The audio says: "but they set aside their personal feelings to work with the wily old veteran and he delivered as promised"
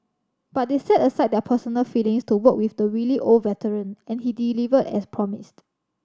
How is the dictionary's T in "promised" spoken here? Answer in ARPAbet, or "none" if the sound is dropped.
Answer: T